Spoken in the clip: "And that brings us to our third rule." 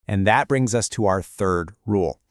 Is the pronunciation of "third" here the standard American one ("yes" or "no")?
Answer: yes